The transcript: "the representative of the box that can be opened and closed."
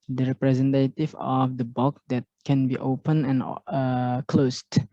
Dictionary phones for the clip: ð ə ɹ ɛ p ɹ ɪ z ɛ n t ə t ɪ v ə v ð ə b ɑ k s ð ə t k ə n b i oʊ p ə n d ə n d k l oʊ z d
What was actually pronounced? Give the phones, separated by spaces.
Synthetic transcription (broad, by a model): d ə ɹ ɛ p ɹ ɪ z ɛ n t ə t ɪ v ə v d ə b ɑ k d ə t k ə n b i oʊ p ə n ə n k l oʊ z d